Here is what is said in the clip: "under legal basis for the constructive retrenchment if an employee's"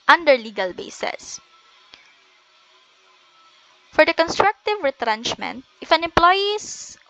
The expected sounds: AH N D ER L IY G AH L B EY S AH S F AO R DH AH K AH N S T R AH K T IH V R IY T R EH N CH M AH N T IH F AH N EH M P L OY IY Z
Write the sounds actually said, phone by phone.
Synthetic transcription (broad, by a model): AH N D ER L IY G AH L B EY S AH S F AO R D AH K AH N S T R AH K T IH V R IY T R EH N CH M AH N T IH F AH N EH M P L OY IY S